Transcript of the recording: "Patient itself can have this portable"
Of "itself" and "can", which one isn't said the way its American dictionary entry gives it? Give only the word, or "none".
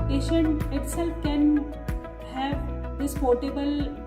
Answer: none